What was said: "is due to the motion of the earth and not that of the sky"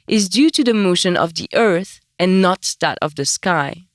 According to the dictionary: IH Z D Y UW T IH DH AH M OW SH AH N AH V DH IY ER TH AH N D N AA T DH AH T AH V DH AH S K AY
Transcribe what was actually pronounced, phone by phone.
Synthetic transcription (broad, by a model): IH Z D Y UW T IH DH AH M OW SH AH N AH V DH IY ER TH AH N N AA T DH AH T AH V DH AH S K AY